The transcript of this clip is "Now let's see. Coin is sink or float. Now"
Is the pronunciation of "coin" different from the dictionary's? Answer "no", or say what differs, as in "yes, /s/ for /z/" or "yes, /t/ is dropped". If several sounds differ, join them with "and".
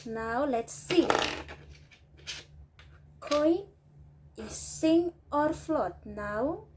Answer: yes, /n/ is dropped